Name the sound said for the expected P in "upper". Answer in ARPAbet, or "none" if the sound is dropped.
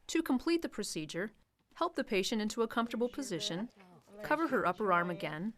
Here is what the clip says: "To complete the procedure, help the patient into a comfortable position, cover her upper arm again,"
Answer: P